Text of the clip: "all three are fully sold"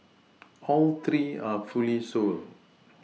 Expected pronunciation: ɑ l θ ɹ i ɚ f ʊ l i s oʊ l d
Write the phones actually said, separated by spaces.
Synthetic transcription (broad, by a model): ɑ l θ ɹ i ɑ f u l i s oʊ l